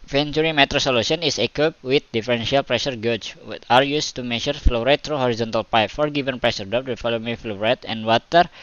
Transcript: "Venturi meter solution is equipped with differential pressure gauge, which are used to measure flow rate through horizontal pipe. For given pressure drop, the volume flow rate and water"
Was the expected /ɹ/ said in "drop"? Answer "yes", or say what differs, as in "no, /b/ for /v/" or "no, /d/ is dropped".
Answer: no, /ɹ/ is dropped